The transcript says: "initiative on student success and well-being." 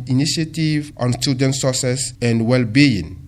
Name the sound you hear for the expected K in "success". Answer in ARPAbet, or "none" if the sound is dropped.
none